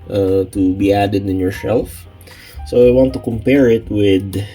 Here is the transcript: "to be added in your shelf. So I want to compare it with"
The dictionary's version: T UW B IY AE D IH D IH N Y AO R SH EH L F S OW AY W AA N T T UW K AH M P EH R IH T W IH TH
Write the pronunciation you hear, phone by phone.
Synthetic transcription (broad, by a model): T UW B IY AE D IH D IH N Y AO R S EH L F S OW AY W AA N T T UW K AH M P EH R IH T W IH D